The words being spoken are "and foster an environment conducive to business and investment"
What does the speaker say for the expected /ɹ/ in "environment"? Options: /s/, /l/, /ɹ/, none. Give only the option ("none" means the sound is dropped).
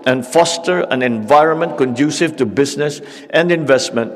/ɹ/